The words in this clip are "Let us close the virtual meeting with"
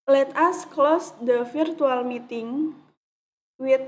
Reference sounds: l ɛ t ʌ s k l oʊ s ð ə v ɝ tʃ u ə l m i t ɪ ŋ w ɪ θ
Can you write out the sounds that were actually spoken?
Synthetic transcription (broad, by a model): l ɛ t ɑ s k l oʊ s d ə f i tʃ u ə l m i t ɪ ŋ w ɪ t